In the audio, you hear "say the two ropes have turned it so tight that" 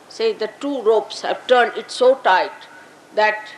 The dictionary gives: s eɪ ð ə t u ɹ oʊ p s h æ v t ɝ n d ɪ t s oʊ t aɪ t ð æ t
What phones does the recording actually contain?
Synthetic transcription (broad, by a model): s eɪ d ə t u ɹ oʊ p s h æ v t ɝ n d ɪ t s oʊ t aɪ t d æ t